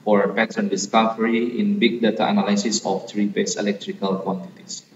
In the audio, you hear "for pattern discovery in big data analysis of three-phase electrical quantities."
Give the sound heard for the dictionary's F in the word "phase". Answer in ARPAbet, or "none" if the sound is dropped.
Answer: P